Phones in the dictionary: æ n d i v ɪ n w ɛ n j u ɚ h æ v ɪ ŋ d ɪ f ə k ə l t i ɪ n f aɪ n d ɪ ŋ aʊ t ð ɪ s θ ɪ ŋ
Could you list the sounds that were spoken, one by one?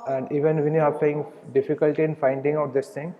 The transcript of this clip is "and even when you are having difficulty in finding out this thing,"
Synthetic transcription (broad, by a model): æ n d i v ɪ n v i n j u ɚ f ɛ ɪ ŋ d ɪ f ə k ə l t i ɪ n f aɪ n d ɪ ŋ aʊ t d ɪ s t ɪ ŋ